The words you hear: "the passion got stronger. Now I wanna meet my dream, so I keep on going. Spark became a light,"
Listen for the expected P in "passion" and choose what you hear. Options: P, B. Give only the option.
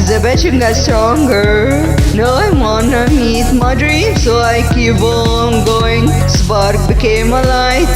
B